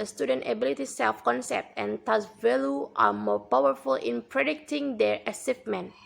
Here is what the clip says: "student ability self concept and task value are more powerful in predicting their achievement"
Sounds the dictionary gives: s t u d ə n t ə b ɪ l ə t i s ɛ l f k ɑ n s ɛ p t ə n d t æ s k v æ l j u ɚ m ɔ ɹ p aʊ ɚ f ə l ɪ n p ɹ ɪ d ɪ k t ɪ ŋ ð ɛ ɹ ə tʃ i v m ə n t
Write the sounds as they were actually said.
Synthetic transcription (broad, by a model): s t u d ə n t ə b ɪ l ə t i s ɛ l f k ɑ n s ɛ p t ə n t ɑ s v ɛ l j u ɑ m ɔ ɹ p aʊ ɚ f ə l ɪ n p ɹ ɪ d ɪ k t ɪ ŋ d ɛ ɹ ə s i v m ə n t